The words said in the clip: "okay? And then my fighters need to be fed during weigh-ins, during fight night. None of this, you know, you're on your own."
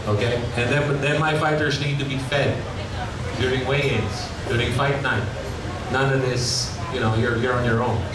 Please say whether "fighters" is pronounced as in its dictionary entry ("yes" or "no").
yes